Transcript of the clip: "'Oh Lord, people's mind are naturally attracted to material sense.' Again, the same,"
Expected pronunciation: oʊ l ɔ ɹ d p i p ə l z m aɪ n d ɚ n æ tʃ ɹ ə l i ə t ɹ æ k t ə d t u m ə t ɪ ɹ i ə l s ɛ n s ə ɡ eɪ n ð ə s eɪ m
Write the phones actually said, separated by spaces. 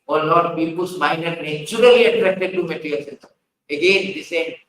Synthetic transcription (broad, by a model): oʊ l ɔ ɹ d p i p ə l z m aɪ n ɚ n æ tʃ ɹ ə l i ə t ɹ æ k t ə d t u m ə t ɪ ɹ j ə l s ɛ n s ə ɡ eɪ n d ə s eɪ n